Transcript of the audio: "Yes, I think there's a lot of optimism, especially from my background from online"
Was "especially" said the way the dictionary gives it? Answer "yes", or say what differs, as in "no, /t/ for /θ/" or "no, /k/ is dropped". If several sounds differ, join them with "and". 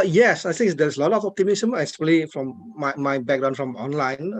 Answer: no, /ʃ/ is dropped